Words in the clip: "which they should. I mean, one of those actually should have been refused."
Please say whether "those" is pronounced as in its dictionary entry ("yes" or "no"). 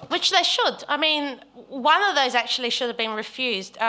yes